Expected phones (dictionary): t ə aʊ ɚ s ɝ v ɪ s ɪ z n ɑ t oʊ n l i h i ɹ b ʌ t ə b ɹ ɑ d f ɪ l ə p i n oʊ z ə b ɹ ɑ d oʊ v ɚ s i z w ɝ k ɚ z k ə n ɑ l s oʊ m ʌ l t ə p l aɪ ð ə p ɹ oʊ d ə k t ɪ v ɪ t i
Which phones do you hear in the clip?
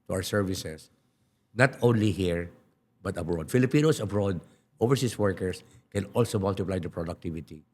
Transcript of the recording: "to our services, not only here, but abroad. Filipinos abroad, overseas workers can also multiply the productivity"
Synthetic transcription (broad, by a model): t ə aʊ ɚ s ɝ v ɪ s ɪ s n ɑ t oʊ n l i h i ɹ b ʌ t ə b ɹ ɑ d f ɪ l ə p i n oʊ s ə b ɹ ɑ d oʊ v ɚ s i s w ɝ k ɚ s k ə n ɑ l s oʊ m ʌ l t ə p l aɪ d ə p ɹ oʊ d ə k t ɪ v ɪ t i